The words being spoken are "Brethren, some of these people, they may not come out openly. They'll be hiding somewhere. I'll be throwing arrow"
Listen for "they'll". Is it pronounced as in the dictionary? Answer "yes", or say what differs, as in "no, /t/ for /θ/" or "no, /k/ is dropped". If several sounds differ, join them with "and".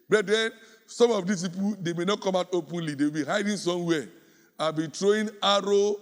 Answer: no, /w/ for /l/